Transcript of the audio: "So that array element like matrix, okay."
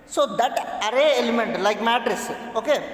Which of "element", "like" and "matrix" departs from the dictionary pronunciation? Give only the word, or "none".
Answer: matrix